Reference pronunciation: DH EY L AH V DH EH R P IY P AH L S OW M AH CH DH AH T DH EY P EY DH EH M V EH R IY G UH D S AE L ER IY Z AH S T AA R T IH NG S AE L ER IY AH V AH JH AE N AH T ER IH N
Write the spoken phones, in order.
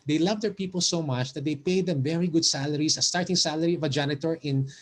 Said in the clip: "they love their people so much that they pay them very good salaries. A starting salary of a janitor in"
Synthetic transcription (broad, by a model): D EY L AH V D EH R P IY P AH L S OW M AH CH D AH T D EY P EY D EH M V EH R IY G UH D S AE L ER IY S AH S T AA R T IH NG S AE L ER IY AH V AH JH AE N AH T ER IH N